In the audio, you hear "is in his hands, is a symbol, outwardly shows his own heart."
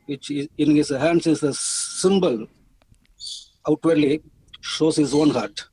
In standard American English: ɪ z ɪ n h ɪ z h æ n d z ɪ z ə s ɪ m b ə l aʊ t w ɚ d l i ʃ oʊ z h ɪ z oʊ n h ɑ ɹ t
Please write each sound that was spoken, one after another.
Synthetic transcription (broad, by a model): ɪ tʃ ɪ n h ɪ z h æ n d s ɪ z ə s ɪ m b ə l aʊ t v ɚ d l i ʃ oʊ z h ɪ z oʊ n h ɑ ɹ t